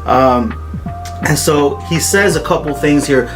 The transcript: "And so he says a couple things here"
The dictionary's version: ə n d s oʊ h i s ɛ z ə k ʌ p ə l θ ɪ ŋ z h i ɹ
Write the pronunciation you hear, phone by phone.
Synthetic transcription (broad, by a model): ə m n s oʊ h i s ɛ z ə k ʌ p l θ ɪ ŋ z h i ɹ